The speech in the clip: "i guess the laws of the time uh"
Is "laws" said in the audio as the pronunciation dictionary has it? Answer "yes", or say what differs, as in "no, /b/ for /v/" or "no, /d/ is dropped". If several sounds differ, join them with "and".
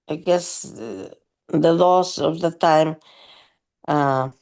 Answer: no, /s/ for /z/